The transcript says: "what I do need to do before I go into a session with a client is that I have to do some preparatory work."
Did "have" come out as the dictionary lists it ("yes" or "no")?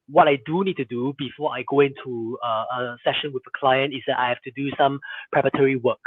no